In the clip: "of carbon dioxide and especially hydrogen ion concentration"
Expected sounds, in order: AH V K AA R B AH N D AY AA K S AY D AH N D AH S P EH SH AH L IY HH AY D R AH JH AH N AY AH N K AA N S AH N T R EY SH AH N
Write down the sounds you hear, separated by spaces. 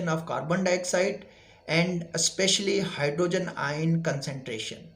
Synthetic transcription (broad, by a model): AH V K AA R B AH N D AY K S AY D AH N D AH S P EH SH AH L IY HH AY D R AH JH AH N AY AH N K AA N S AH N T R EY SH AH N